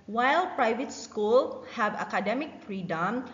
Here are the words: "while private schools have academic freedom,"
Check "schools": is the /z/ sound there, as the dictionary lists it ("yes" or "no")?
no